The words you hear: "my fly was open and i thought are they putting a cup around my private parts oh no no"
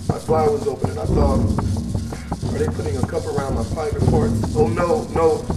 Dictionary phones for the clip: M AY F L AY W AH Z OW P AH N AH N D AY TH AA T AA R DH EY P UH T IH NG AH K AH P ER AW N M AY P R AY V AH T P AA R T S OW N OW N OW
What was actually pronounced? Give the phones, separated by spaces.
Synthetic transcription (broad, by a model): M AY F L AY W AH Z OW P AH N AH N AY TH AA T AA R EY P UH T IH NG AH K AH P ER AW N M AY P AY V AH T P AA R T OW N OW N OW